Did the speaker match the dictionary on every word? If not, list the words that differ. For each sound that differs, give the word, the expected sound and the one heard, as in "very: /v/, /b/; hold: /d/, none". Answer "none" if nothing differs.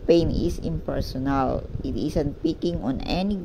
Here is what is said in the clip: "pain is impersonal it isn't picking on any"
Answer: is: /z/, /s/; isn't: /z/, /s/